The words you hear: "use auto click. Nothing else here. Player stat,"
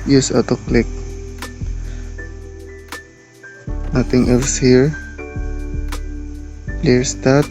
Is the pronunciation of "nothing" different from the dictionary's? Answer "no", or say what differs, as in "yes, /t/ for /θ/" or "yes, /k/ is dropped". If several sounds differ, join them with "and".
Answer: yes, /t/ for /θ/